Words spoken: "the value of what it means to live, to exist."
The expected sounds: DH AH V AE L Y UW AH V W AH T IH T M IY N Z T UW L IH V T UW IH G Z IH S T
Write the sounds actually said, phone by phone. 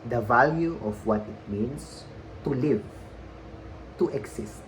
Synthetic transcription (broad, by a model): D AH V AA L Y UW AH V W AH T IH T M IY N S T UW L IH V T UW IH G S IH S T